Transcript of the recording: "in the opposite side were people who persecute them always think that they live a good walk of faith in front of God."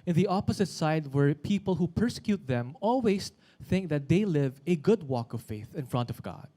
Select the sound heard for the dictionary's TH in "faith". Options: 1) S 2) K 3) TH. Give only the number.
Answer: 3